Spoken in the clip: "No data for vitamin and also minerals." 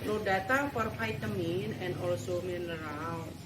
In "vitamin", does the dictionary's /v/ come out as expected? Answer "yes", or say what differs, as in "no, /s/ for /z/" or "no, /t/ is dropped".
no, /f/ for /v/